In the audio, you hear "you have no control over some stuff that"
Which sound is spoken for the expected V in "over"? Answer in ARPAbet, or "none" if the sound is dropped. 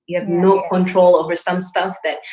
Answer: V